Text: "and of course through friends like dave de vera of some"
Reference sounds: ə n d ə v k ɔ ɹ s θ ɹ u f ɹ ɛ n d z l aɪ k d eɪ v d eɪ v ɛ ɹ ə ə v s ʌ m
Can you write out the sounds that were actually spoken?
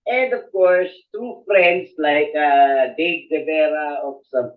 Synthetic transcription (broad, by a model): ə n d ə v k ɔ ɹ s t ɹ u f ɹ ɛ n d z l aɪ k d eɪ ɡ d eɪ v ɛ ɹ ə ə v s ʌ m